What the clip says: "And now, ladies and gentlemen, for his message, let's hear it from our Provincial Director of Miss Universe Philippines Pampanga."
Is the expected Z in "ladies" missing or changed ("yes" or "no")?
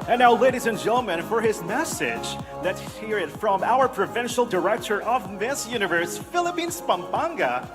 no